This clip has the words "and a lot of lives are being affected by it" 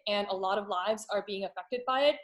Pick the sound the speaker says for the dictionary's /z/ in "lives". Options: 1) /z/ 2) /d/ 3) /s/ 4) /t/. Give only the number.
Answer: 1